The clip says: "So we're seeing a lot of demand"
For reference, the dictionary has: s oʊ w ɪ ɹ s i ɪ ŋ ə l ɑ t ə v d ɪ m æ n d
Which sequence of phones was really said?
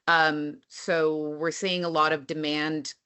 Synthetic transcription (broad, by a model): s oʊ w ɪ ɹ s i ɪ ŋ ə l ɑ t ə v d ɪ m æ n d